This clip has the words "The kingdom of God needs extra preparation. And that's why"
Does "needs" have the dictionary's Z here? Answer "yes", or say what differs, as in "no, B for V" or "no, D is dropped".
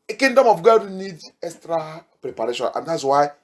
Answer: no, Z is dropped